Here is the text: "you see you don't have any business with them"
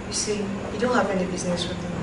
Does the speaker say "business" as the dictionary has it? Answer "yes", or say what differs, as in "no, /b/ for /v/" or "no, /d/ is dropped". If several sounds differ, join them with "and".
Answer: yes